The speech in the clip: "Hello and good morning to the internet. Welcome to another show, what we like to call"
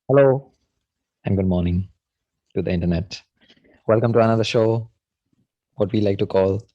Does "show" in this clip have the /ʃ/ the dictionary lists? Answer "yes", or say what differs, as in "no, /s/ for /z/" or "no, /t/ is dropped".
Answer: yes